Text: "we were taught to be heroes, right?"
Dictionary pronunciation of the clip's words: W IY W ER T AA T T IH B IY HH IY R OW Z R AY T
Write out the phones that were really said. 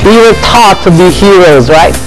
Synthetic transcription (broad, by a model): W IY W ER T AA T T IH B IY HH IY R OW Z R AY T